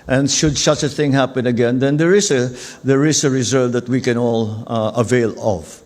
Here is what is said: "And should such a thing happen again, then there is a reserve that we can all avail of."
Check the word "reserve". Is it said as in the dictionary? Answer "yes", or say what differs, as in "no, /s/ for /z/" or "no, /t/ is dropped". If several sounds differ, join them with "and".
no, /s/ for /z/